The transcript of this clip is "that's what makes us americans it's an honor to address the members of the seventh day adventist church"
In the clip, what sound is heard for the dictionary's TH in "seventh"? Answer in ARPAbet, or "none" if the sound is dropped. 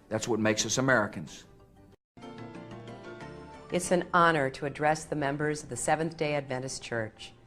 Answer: TH